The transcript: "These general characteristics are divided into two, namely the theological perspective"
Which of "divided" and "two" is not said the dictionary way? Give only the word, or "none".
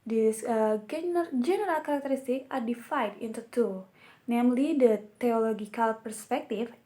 divided